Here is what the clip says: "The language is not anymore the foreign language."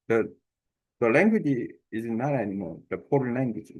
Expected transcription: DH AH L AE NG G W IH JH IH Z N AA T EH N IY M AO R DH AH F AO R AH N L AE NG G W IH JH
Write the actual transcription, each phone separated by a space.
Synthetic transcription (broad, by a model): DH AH L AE NG G W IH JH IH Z N AA T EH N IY M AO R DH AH P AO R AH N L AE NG G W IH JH